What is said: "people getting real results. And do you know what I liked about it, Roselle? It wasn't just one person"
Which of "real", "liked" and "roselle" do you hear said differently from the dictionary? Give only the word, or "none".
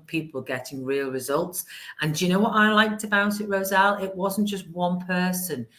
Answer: none